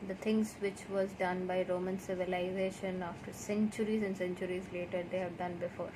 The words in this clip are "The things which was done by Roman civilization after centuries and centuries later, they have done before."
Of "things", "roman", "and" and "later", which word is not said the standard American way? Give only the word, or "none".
things